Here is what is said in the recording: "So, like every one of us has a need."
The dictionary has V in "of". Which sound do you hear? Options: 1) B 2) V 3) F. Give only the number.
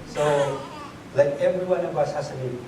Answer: 1